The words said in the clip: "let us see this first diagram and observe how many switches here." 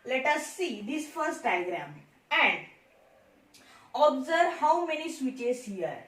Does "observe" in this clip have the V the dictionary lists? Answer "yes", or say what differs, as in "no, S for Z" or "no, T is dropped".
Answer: yes